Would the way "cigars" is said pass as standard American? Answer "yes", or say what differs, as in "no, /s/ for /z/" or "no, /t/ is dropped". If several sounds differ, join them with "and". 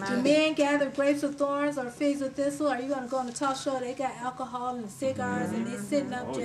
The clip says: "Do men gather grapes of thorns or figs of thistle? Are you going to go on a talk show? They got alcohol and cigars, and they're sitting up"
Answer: yes